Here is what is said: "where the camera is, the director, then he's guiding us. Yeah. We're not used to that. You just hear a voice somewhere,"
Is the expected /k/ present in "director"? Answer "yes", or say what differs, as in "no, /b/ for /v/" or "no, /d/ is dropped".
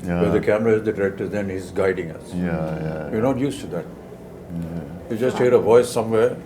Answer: no, /k/ is dropped